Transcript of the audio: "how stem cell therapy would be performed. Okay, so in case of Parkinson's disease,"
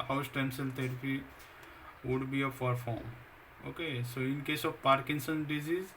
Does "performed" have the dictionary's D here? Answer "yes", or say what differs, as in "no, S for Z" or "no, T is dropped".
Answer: no, D is dropped